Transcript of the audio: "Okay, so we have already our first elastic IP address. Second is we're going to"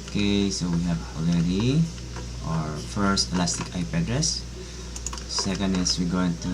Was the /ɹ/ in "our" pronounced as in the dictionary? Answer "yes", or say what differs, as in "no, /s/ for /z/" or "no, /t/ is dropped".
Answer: yes